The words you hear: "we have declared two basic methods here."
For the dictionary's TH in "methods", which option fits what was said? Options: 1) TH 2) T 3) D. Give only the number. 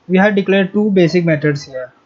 2